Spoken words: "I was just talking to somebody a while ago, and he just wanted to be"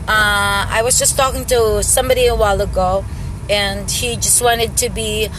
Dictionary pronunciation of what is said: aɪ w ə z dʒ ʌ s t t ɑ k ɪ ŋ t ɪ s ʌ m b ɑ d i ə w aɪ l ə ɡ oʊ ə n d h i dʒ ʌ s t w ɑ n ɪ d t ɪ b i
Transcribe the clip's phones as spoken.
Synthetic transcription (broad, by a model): aɪ w ə z dʒ ʌ s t t ɑ k ɪ ŋ t ɪ s ʌ m b ɑ d i ə w aɪ l ə ɡ oʊ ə n h i dʒ ʌ s t w ɑ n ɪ d t ɪ b i